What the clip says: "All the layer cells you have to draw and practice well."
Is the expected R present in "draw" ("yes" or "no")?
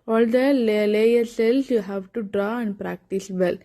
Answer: yes